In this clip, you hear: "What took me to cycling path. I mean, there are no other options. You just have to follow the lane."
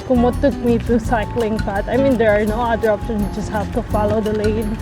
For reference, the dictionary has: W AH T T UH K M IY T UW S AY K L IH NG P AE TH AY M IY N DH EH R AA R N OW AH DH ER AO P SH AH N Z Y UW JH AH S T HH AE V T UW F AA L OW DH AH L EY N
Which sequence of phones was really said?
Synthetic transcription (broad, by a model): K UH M T UH K M IY T UW S AY K L IH NG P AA T AY M IY N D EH R AA R N OW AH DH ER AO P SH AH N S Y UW JH AH S T HH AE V T UW F AA L OW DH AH L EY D